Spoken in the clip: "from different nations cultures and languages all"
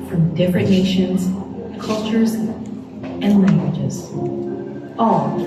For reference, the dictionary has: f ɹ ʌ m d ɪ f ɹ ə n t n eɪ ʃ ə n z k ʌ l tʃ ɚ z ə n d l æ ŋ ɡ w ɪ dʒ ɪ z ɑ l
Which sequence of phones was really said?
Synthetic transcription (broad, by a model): f ɹ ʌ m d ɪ f ɹ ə n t n eɪ ʃ ə n z k ʌ l tʃ ɚ z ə n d l æ ŋ ɡ w ɪ dʒ ɪ z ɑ l